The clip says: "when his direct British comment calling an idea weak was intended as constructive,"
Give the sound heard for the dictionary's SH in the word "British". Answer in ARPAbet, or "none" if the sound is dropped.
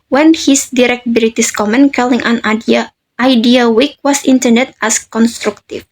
S